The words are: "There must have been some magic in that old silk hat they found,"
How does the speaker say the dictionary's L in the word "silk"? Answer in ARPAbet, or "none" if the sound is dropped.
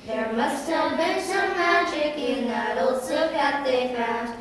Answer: none